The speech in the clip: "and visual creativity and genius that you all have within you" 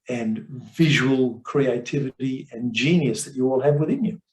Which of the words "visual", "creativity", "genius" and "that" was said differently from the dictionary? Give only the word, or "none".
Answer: none